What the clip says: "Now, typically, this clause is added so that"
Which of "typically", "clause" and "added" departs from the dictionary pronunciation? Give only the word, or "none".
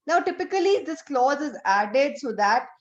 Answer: none